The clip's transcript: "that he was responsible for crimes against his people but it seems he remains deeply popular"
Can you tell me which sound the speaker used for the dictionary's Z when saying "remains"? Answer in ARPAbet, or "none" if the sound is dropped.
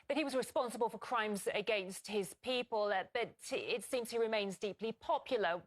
Z